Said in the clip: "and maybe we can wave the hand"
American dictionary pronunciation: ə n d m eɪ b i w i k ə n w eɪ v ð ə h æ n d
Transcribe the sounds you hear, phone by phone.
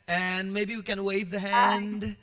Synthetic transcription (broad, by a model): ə n m eɪ b i w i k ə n w eɪ v ð ə h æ n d